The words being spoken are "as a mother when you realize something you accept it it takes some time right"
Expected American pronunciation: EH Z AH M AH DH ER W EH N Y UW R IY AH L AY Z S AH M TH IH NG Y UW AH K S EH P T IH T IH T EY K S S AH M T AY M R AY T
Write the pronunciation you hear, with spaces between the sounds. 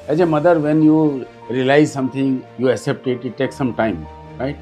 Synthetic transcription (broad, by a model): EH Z AH M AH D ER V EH N Y UW R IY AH L AY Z S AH M T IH NG Y UW AH K S EH P T IH T IH T EY K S S AH M T AY M R AY T